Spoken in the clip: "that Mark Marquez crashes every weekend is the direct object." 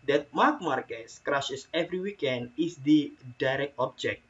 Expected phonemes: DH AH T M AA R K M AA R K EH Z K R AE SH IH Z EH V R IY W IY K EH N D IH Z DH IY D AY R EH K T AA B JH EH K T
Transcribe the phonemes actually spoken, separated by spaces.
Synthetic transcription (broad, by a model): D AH T M AA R K M AA R K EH S K R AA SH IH S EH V R IY W IY K EH N D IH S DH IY D AY R EH K T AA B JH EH K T